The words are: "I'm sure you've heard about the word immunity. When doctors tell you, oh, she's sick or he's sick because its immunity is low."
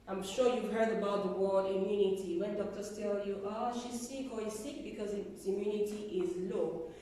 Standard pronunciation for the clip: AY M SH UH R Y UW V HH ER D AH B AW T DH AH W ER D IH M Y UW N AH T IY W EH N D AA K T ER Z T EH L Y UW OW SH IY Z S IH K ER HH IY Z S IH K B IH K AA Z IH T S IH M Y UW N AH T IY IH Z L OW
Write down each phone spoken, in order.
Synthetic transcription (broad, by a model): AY M SH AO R Y UW V HH ER D AH B AW T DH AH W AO IH M Y UW N AH T IY W EH N D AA K T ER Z T EH L Y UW OW SH IY S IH K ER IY S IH K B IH K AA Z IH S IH M Y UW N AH T IY IH Z L OW